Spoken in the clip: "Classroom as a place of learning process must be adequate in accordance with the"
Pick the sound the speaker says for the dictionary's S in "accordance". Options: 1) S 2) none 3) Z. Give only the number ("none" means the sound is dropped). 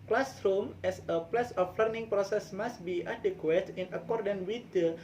2